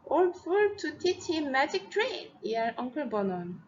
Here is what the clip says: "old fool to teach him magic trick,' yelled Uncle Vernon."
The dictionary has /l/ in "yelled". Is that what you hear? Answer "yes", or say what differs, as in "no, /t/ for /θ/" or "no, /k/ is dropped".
no, /l/ is dropped